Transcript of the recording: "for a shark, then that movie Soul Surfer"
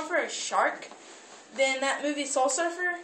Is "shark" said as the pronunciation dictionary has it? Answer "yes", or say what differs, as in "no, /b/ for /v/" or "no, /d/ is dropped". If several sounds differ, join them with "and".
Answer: yes